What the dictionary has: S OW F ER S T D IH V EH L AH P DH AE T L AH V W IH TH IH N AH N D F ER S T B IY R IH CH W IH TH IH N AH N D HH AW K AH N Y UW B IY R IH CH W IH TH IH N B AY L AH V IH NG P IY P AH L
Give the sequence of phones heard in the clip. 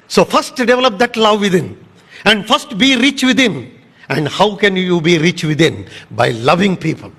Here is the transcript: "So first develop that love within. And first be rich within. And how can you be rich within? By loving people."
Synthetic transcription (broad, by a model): S OW F ER S T D IH V EH L AH P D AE T L AH V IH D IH N AH N D F ER S T B IY R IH CH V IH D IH N AH N D HH AW K AH N Y UW B IY R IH CH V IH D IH N B AY L AH V IH NG P IY P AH L